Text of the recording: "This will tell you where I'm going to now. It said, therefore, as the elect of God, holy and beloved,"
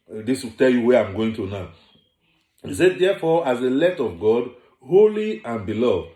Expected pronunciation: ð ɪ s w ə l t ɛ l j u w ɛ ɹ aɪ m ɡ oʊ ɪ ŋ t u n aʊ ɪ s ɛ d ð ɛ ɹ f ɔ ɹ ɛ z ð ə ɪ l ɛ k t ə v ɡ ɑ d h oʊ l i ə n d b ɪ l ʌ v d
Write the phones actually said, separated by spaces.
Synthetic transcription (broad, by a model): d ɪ s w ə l t ɛ l j u w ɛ aɪ m ɡ oʊ ɪ ŋ t u n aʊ ɪ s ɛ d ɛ f ɔ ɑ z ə l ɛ t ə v ɡ ɑ d h oʊ l i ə n b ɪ l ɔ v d